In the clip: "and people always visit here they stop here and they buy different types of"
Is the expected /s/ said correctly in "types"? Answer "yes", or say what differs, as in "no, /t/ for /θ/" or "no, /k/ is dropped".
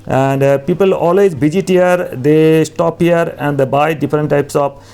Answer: yes